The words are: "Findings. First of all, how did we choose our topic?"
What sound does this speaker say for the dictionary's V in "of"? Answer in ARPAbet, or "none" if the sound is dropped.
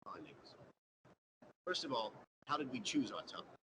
V